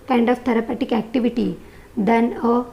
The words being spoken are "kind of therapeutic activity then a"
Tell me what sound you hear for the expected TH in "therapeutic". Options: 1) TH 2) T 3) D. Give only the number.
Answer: 2